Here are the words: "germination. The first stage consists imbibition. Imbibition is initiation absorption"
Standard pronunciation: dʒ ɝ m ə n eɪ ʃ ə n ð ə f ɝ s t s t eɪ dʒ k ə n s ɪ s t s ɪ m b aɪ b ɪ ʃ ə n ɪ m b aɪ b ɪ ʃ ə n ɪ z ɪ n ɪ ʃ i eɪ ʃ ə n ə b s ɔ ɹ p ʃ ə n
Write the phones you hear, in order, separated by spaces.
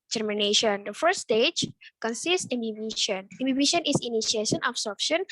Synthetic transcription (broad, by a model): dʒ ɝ m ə n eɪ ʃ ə n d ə f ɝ t s t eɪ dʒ k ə n s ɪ s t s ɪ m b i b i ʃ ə n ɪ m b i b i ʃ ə n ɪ s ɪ n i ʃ i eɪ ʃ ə n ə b s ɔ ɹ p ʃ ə n